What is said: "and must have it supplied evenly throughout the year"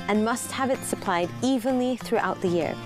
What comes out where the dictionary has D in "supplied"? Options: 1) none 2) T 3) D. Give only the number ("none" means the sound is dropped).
3